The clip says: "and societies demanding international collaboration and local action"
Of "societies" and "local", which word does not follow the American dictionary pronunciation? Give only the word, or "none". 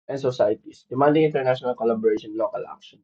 societies